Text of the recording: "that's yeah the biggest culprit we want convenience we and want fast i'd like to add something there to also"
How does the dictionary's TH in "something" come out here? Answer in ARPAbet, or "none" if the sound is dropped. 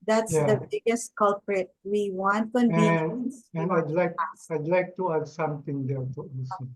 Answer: T